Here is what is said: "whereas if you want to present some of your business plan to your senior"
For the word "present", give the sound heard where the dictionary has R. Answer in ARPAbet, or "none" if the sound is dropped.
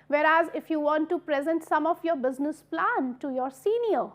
R